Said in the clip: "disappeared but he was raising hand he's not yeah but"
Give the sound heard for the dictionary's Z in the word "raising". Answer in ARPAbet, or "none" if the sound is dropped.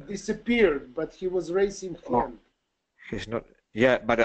S